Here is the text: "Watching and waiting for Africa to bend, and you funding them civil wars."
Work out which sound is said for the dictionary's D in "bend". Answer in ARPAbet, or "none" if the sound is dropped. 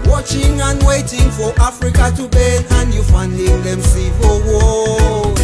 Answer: none